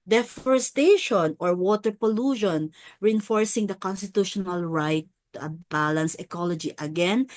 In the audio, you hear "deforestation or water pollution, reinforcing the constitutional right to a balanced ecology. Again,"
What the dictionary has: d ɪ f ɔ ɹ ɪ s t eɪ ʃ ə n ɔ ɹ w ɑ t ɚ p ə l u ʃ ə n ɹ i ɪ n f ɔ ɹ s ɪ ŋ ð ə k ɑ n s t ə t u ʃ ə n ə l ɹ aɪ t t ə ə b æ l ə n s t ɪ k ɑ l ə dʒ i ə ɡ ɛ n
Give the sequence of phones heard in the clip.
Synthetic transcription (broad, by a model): d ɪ f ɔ ɹ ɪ s t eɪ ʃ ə n ɔ ɹ w ɑ t ɚ p ə l u ʃ ə n ɹ i ɪ n f ɔ ɹ s ɪ ŋ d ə k ɑ n s t ə t u ʃ ə n ə l ɹ aɪ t t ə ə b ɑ l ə n s ɪ k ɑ l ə dʒ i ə ɡ ɛ n